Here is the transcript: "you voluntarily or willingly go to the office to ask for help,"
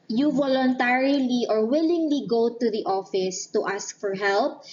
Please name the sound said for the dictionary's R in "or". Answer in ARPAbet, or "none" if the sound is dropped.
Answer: R